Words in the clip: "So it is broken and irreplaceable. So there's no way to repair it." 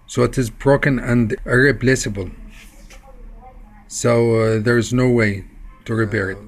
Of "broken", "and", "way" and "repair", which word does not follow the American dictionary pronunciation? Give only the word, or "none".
repair